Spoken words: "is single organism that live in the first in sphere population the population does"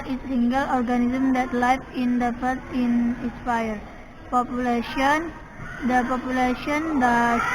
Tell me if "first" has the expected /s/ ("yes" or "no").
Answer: no